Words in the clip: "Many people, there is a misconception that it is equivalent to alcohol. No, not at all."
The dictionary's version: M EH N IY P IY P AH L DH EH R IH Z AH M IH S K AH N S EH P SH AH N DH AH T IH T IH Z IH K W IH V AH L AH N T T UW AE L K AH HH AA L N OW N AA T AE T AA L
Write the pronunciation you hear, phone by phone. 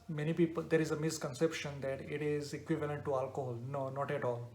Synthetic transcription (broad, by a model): M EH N IY P IY P AH L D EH R IH Z AH M IH S K AH N S EH P SH AH N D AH T IH T IH Z IH K W IH V AH L AH N T T UW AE L K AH HH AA L N OW N AA T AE T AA L